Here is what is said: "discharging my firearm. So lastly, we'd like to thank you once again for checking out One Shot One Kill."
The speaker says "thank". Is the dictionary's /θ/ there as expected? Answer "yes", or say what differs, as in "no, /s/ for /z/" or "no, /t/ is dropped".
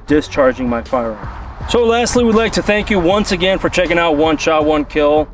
yes